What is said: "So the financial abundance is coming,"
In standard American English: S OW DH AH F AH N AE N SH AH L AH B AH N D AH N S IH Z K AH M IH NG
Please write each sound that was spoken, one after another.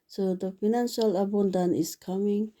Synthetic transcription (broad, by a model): S OW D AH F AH N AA N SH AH L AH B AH N D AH N IH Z K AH M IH NG